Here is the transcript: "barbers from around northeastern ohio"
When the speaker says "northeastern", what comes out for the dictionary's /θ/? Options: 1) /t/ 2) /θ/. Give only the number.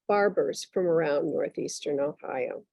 2